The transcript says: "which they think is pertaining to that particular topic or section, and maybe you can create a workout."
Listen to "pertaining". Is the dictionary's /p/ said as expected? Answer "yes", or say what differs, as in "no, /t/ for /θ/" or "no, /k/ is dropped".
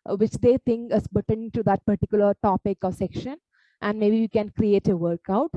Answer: no, /b/ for /p/